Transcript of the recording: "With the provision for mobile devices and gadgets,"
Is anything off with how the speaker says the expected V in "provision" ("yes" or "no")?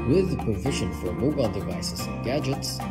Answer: no